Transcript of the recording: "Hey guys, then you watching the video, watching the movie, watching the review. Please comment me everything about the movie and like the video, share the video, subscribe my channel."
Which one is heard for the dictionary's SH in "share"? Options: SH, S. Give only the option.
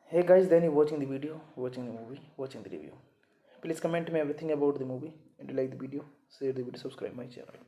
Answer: S